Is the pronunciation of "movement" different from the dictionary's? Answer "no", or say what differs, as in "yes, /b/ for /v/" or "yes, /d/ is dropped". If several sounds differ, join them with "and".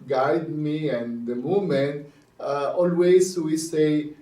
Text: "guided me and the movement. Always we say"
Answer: yes, /v/ is dropped